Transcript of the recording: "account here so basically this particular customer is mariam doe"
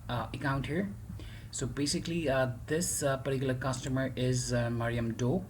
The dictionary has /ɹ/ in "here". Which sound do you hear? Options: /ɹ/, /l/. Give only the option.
/ɹ/